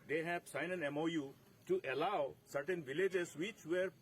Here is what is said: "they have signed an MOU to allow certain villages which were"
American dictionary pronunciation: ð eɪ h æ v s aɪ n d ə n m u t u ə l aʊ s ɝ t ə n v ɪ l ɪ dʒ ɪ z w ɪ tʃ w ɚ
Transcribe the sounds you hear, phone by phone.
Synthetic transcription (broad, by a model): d eɪ h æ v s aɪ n ə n m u t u ə l aʊ s ɝ t ə n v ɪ l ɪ dʒ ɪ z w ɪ tʃ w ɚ